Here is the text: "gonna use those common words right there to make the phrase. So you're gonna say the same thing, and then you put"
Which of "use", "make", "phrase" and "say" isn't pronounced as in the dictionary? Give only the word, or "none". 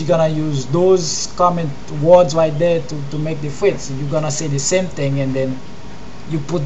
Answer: phrase